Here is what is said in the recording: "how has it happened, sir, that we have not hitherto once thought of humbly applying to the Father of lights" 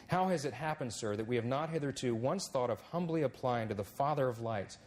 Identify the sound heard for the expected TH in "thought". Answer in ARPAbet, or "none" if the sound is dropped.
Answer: TH